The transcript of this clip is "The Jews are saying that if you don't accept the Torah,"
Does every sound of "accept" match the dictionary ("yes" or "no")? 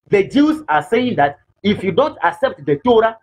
yes